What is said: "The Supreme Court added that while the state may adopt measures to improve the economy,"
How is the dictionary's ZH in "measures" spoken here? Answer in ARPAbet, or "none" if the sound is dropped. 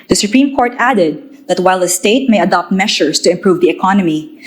SH